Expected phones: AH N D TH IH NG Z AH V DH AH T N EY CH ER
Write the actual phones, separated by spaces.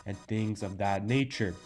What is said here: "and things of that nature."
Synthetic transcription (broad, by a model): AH N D TH IH NG Z AH V DH AH T N EY CH ER